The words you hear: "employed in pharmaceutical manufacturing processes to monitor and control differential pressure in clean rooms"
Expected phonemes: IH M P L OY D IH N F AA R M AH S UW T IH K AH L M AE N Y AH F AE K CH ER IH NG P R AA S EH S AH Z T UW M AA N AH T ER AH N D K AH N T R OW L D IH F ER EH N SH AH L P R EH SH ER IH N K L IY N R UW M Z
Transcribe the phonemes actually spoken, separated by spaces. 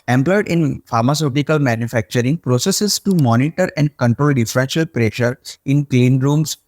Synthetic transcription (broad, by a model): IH M P L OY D IH N F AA R M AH S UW T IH K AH L M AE N Y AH F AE K CH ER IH NG P R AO S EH S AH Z T UW M AA N AH T ER AH N D K AH N T R OW L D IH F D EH SH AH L P R EH SH ER IH N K L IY N R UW M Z